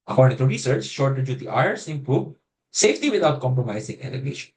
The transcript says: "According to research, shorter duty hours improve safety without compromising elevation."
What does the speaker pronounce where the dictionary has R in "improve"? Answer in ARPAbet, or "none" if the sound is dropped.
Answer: none